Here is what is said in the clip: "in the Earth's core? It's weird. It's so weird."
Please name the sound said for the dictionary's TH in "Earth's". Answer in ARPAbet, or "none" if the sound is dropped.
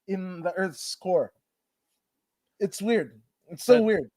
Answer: TH